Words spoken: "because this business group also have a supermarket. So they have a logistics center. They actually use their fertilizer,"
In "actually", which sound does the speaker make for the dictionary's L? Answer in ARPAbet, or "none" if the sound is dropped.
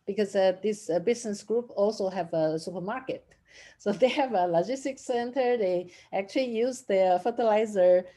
L